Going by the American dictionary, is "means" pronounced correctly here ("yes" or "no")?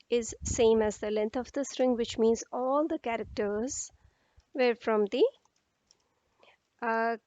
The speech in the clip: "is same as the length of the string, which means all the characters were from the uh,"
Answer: yes